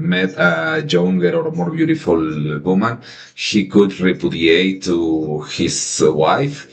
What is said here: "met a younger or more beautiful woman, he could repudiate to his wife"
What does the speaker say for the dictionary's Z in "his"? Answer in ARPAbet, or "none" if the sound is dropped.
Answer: S